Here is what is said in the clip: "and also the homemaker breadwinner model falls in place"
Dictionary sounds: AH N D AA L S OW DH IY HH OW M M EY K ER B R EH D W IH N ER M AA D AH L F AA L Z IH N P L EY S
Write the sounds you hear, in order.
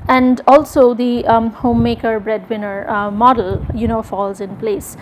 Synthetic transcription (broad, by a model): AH N D AA L S OW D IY HH OW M M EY K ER B R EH D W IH N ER M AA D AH N F AA L Z IH N P L EY S